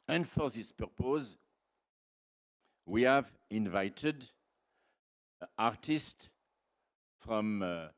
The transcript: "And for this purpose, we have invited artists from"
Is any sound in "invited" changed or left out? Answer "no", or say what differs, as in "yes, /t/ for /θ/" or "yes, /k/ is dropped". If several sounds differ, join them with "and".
no